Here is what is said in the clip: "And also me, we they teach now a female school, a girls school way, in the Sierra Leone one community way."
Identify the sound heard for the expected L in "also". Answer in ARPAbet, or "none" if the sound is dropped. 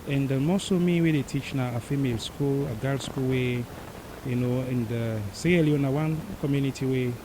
none